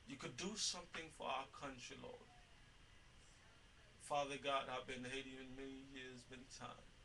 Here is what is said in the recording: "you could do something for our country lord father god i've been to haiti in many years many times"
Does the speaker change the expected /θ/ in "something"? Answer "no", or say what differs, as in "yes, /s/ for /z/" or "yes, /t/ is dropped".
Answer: no